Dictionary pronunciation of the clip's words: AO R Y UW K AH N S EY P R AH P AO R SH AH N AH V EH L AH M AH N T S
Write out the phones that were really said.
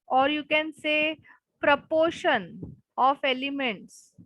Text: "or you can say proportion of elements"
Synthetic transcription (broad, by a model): AO R Y UW K AH N S EY P R AH P AO R SH AH N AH F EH L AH M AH N T S